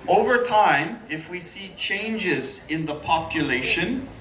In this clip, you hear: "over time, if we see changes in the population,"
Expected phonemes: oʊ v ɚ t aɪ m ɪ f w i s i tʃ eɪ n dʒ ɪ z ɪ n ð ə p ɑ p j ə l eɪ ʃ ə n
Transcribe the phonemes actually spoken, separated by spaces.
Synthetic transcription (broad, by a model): oʊ v ɚ t aɪ m ɪ f w i s i tʃ eɪ n dʒ ɪ z ɪ n ð ə p ɑ p j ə l eɪ ʃ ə n